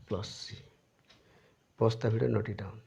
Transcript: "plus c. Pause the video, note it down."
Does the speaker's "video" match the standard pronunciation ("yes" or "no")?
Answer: no